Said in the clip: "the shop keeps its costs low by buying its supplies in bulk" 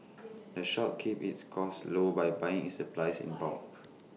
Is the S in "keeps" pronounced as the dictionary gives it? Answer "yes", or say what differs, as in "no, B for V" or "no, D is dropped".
no, S is dropped